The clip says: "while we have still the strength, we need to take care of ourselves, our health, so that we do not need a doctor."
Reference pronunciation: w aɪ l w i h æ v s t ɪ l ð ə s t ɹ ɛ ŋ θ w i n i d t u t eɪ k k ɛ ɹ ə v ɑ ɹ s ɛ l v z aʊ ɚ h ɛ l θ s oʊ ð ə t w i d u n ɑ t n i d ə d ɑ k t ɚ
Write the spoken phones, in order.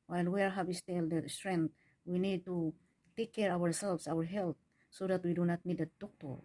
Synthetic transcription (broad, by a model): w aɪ l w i h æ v s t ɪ l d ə s t ɹ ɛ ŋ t w i n i d t u t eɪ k k ɛ ɹ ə w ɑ ɹ s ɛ l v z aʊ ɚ h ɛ l t s oʊ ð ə t w i d u n ɑ t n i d ə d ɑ k t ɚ